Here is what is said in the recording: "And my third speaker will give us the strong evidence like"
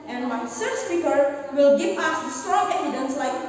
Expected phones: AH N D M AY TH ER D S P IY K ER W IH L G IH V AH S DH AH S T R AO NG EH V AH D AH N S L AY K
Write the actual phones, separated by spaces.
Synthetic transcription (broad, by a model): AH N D M AY S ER S P IY K ER W IH L G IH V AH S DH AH S T R AO NG EH V AH D AH N S L AY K